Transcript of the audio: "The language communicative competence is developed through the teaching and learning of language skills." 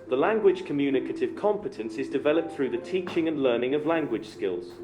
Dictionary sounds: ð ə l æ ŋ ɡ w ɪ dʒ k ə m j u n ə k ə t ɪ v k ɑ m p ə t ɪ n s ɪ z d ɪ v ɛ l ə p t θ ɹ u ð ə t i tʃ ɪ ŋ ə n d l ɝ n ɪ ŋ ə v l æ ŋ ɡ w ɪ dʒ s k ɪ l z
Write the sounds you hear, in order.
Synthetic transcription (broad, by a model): ð ə l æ ŋ ɡ w ɪ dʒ k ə m j u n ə k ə t ɪ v k ɑ m p ə t ɪ n s ɪ z d ɪ v ɛ l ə p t θ ɹ u ð ə t i tʃ ɪ ŋ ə n l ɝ n ɪ ŋ ə v l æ ŋ ɡ w ɪ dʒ s k ɪ l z